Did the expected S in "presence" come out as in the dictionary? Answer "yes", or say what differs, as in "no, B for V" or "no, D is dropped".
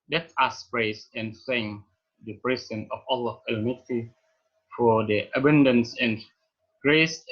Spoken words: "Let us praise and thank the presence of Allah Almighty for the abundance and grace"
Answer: no, S is dropped